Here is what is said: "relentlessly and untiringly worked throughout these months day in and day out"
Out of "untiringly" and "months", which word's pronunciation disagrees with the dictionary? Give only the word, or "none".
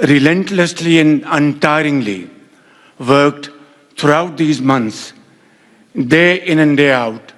months